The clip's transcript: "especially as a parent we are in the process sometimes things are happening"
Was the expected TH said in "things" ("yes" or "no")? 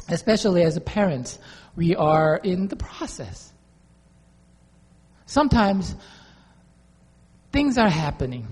yes